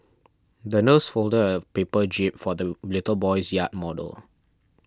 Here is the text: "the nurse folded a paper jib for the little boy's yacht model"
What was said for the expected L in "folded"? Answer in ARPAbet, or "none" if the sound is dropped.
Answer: L